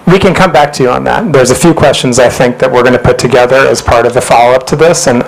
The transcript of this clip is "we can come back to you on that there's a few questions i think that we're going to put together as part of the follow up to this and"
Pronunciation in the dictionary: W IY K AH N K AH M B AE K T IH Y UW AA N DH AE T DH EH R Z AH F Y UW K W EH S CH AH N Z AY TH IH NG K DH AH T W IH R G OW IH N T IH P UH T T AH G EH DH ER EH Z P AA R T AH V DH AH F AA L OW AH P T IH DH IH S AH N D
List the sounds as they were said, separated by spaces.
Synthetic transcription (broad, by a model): W IY K AH N K AH M B AE K T IH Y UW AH N DH AE T DH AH R Z AH F Y UW K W EH S CH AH N Z AY TH IH NG K DH AH T W IH R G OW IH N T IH P UH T T AH G EH DH ER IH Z P AA R T AH V DH AH F AA L OW AH P T IH DH IH S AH N